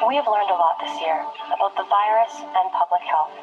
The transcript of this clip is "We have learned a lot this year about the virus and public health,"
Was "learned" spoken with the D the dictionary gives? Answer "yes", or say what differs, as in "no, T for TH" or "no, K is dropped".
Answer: yes